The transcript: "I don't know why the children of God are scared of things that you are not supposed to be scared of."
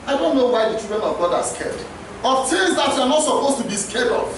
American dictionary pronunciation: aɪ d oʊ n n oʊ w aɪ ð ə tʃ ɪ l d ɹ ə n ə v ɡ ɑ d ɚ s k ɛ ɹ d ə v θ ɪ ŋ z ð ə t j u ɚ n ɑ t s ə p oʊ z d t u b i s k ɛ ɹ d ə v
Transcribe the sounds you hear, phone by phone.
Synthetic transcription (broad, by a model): aɪ d oʊ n n oʊ w aɪ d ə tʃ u d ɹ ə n ə v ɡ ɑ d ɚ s k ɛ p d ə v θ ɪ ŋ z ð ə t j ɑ n ɑ t s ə p oʊ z t u b i s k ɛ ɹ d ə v